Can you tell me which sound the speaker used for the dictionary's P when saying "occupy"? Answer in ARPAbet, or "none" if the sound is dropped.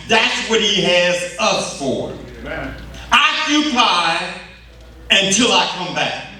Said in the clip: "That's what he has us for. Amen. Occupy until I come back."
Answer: none